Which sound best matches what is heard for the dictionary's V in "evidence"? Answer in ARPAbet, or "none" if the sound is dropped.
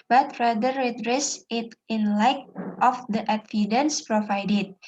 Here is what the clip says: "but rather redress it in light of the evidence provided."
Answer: F